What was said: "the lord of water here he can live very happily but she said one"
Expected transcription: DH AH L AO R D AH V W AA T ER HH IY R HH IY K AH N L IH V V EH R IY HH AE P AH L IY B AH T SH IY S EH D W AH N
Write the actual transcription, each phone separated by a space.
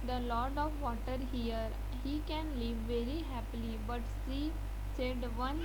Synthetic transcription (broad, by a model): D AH L AO R D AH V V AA T ER HH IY R HH IY K AH N L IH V V EH R IY HH AE P AH L IY B AH T S IY S EH D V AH N